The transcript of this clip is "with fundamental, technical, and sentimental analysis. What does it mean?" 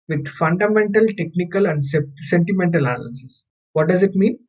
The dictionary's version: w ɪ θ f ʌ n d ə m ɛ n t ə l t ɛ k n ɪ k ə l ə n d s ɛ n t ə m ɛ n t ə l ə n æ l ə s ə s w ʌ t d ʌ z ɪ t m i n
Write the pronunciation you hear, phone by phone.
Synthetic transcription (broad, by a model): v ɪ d f ʌ n d ə m ɛ n t ə l t ɛ k n ɪ k ə l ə n d s ɛ n t ə m ɛ n t ə l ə n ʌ l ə s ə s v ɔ t d ʌ z ɪ t m i n